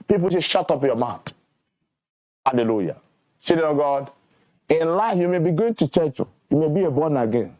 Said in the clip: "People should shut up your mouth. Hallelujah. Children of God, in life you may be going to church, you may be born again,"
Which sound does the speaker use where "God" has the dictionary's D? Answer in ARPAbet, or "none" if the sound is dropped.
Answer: D